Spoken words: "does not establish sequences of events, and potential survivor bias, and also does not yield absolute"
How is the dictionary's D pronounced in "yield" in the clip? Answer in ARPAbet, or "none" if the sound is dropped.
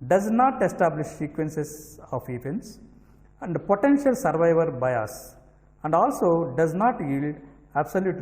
D